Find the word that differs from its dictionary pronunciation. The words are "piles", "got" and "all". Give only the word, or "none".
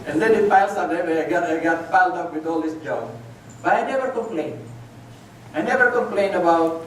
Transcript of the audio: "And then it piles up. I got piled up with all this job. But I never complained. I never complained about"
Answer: piles